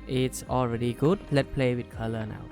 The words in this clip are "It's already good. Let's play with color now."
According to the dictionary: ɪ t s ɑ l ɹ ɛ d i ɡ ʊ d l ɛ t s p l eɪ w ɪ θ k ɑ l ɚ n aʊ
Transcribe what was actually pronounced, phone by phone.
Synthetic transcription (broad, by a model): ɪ t s ɑ l ɹ ɛ d i ɡ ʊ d l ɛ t p l eɪ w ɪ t k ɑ l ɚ n aʊ